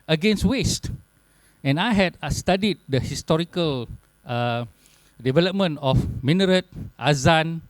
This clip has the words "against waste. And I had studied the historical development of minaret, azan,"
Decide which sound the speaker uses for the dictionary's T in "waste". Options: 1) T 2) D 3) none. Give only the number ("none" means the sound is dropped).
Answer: 1